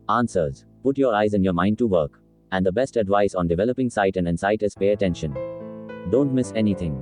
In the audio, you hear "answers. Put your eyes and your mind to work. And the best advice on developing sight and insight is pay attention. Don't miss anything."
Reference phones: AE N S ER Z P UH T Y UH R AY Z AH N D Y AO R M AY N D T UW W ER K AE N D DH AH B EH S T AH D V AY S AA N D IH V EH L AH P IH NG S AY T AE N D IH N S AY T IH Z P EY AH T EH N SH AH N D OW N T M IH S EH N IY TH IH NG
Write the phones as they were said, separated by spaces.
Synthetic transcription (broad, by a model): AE N S ER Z P UH T Y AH R AY Z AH N Y AO R M AY N D T UW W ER K AE N D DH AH B EH S T AH D V AY S AA N D IH V EH L AH P IH NG S AY T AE N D IH N S AY T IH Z P EY AH T EH N SH AH N D OW N T M IH S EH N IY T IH NG